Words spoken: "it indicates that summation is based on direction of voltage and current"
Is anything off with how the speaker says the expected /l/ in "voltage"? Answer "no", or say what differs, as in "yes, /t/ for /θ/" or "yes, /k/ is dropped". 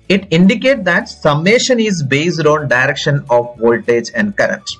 no